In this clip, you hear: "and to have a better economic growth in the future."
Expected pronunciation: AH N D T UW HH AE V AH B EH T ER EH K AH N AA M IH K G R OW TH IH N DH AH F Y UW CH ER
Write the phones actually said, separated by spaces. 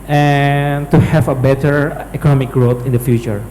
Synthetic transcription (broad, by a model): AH N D T UW HH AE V AH B EH T ER EH K AH N AA M IH K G R OW T IH N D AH F Y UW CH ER